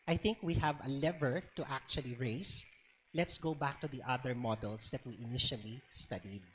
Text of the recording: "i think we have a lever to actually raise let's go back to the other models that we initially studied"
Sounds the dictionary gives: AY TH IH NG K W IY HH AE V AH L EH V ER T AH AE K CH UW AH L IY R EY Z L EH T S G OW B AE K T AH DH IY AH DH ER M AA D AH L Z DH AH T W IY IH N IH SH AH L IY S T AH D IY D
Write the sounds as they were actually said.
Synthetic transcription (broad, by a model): AY TH IH NG K W IY HH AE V AH L EH V ER T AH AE K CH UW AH L IY R EY S L EH T S G OW B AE K T AH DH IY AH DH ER M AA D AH L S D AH T W IY IH N IH SH AH L IY S T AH D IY D